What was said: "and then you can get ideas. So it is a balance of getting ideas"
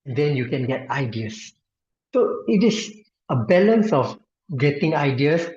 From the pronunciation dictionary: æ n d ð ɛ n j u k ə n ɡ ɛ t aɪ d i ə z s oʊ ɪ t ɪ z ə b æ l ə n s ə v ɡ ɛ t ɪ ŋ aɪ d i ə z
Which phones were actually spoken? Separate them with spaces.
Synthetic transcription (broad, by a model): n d ɛ n j u k ə n ɡ ɛ t aɪ d i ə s s oʊ ɪ t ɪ s ə b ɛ l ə n s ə f ɡ ɛ t ɪ ŋ aɪ d i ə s